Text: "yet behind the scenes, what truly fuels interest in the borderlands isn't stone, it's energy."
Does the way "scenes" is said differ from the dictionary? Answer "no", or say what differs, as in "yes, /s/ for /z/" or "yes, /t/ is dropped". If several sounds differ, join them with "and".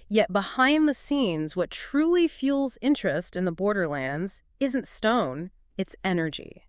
no